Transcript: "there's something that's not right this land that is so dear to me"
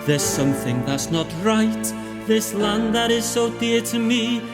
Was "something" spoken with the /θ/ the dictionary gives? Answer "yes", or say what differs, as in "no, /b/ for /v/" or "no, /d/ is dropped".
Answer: yes